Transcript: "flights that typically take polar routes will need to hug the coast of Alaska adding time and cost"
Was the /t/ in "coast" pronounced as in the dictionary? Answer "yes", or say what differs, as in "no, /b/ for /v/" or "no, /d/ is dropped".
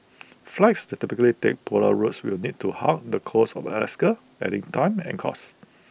no, /t/ is dropped